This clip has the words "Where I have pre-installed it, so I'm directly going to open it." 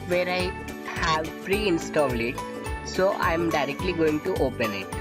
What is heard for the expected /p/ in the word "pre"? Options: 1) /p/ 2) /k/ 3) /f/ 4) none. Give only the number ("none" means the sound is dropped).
3